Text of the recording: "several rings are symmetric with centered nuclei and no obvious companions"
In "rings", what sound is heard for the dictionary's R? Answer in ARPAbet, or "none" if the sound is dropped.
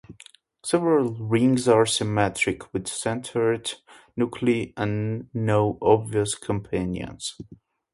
R